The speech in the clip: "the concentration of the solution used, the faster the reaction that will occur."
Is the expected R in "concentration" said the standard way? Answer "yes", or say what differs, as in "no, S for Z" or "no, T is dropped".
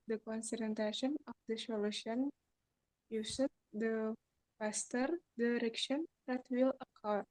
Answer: no, R is dropped